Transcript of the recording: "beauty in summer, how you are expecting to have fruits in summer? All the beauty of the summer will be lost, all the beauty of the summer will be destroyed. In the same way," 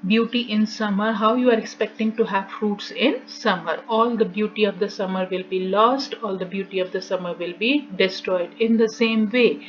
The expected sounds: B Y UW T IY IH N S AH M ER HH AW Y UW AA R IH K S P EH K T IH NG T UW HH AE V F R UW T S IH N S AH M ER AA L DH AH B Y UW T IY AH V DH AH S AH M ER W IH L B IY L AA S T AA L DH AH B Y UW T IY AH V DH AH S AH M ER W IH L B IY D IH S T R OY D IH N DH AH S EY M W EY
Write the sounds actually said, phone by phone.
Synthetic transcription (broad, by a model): B Y UW T IY IH N S AH M ER HH AW Y UW AA R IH K S P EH K T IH NG T UW HH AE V F R UW T S IH N S AH M ER AA L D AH B Y UW T IY AH V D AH S AH M ER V IH L B IY L AA S T AA L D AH B Y UW T IY AH V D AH S AH M ER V IH L B IY D IH S T R OY D IH N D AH S EY M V EY